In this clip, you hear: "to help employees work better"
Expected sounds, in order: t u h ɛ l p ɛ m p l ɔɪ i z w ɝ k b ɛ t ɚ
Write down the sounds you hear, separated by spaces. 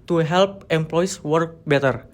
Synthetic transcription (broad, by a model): t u h ɛ l p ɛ m p l ɔɪ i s w ɝ k b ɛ t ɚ